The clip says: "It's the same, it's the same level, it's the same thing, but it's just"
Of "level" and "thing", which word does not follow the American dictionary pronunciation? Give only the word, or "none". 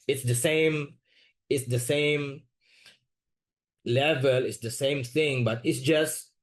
none